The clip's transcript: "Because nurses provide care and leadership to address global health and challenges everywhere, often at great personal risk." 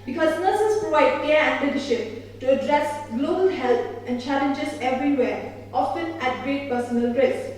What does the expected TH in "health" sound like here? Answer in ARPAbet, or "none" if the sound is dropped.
T